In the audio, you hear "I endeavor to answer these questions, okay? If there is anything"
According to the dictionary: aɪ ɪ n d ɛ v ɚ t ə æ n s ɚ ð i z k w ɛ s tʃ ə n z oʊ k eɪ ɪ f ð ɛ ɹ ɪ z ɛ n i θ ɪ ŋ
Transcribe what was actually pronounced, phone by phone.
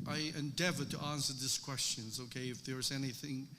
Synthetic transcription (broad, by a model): aɪ ɪ n d ɛ v ɚ t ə æ n s ɚ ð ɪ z k w ɛ s tʃ ə n z oʊ k eɪ ɪ f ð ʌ ɹ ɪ z ɛ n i θ ɪ ŋ